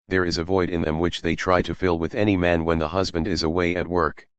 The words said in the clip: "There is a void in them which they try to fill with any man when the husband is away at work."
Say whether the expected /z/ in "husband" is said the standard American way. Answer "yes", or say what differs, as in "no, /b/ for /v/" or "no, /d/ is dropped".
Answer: yes